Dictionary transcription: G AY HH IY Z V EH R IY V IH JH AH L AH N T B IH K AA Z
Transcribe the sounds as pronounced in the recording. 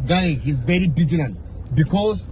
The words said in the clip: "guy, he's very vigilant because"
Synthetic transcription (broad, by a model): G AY HH IY Z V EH R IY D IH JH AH N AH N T B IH K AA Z